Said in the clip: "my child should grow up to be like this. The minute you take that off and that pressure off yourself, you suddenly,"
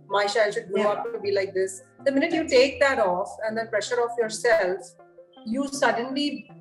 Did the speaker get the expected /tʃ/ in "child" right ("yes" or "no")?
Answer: no